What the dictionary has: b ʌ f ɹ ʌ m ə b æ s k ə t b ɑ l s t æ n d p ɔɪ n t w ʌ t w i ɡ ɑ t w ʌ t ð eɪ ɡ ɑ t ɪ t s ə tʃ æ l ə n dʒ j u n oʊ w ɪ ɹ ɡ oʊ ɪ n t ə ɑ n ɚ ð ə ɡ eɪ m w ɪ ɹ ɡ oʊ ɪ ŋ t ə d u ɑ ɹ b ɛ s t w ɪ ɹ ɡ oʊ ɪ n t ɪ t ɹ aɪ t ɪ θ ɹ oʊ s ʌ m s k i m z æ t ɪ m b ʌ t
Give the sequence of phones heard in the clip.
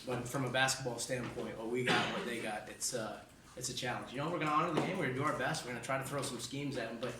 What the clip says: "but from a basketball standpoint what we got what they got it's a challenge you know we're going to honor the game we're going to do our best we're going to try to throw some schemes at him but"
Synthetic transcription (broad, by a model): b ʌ f ɹ ʌ m ə b æ s k ə t b ɑ l s t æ n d p ɔɪ n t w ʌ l w i ɡ ɑ t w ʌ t ð eɪ ɡ ɑ t ɪ t s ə tʃ æ l ə n dʒ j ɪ n oʊ w ɪ ɹ ɡ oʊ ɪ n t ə ɑ n ɚ ð ə ɡ eɪ m w ɪ ɹ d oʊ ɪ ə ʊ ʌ ɹ b ɛ s t w ɪ ɹ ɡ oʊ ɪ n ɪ t ɹ aɪ t ɪ θ ɹ oʊ s ʌ m s k i m z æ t ɪ m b ʌ t